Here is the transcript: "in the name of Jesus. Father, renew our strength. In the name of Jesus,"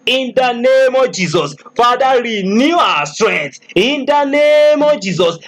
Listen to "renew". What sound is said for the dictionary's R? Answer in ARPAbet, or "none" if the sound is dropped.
R